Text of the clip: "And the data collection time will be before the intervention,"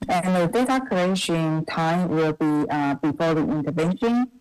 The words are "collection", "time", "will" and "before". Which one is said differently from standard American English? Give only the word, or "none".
collection